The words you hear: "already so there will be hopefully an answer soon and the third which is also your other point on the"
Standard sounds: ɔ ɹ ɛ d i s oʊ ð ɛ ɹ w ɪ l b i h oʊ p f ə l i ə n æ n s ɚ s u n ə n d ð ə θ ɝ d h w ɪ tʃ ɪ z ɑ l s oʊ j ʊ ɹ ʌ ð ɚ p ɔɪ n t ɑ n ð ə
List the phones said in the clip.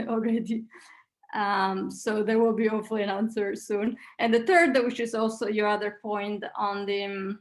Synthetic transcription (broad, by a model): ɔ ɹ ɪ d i s oʊ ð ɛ ɹ w ɪ l b i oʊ f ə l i ə n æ n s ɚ s u n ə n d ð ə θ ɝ d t w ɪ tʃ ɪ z ɑ l s oʊ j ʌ ɹ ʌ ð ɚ p ɔɪ n t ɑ n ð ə